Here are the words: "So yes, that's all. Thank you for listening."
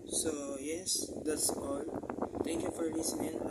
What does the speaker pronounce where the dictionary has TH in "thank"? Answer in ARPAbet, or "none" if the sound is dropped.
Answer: T